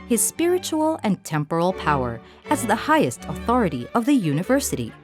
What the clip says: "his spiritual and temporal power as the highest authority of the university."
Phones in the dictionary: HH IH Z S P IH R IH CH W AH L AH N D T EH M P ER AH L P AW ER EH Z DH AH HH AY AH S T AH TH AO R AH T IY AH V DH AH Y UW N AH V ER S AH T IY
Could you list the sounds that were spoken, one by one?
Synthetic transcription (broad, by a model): HH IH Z S P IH R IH CH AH L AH N T EH M P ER L P AW ER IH Z DH AH HH AY AH S T AH TH AO R AH T IY AH V DH AH Y UW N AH V ER S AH T IY